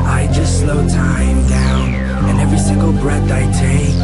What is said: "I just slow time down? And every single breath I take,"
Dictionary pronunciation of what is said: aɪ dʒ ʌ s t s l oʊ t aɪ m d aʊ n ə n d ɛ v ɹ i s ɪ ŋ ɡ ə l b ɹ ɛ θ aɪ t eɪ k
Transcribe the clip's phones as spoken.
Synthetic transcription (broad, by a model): aɪ dʒ ʌ s t s l oʊ t aɪ m d aʊ n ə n ɛ v ɹ i s ɪ ŋ ɡ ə l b ɹ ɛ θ aɪ t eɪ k